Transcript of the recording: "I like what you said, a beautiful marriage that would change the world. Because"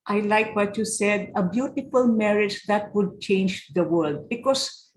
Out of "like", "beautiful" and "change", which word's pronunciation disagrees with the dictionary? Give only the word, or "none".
none